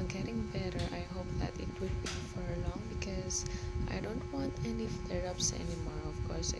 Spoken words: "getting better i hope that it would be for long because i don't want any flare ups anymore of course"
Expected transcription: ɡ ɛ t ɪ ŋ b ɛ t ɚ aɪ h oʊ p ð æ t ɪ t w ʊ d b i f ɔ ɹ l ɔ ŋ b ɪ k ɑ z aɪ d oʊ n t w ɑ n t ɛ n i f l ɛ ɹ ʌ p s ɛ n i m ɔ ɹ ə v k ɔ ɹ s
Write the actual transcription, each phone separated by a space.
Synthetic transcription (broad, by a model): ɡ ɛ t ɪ ŋ b ɛ t ɚ aɪ h oʊ p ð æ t ɪ t w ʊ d b i f ɔ ɹ l ɔ ŋ b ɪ k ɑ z aɪ d oʊ n t w ɑ n t ɛ n i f ɛ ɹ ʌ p s ɛ n i m ɔ ɹ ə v k ɔ ɹ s